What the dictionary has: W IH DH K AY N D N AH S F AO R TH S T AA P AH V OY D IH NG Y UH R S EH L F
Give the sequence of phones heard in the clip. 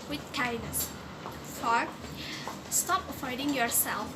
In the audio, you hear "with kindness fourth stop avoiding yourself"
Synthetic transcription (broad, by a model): W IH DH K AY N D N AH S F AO R S T AA P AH F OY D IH NG Y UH R S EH L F